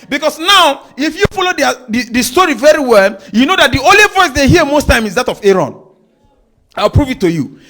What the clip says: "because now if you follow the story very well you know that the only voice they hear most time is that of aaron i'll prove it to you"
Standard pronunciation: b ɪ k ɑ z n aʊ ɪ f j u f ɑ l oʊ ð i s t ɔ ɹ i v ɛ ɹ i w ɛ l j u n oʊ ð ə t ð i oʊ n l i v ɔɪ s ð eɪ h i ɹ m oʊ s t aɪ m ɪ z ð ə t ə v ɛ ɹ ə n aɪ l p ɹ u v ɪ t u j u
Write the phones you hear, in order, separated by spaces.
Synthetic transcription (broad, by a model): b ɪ k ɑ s n aʊ ɪ f j u f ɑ l oʊ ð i s t ɔ ɹ i v ɛ ɹ i w ɛ l j u n oʊ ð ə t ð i oʊ n l i v ɔɪ s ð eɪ h i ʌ m oʊ s t aɪ m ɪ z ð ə t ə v ɛ ɹ ə n aɪ l p ɹ u v ɪ t u j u